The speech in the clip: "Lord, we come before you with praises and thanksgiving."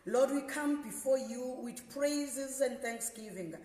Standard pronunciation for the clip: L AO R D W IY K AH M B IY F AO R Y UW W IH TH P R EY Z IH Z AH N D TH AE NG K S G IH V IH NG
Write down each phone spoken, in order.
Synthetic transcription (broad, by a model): L AO D W IY K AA M B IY F AO Y UW W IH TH P R EY Z IH Z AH N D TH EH NG K S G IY V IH NG